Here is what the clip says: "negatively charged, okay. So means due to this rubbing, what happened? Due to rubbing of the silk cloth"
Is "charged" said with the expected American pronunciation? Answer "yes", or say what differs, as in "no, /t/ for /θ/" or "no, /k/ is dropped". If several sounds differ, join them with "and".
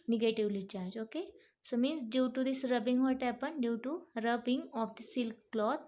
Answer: no, /d/ is dropped